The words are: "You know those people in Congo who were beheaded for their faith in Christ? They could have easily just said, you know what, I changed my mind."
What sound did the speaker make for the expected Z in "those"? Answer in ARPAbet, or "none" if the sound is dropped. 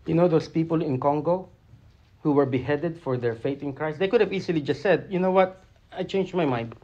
S